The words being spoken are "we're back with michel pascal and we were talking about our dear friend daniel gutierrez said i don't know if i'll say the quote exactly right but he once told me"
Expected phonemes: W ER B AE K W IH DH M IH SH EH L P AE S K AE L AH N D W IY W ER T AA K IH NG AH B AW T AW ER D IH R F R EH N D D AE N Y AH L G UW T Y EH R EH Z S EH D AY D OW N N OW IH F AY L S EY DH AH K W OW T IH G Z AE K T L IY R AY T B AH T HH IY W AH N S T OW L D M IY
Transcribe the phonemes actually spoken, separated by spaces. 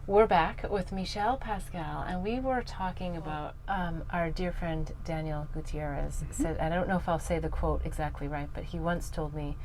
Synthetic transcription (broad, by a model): W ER B AE K W IH DH M IH SH EH L P AE S K AE L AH N W IY W ER T AA K IH NG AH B AW T AW ER D IH R F R EH N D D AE N Y L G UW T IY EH R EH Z S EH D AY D OW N N OW IH F AY L S EY DH AH K W OW T IH G Z AE K T L IY R AY T B AH T HH IY W AH N S T OW L D M IY